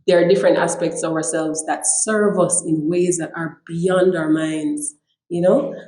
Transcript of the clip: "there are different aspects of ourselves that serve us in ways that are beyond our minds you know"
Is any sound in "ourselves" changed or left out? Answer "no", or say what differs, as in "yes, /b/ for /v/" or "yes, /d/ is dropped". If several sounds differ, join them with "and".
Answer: no